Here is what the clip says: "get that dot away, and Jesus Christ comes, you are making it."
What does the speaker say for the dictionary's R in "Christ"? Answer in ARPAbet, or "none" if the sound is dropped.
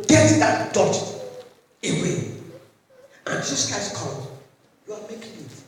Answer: none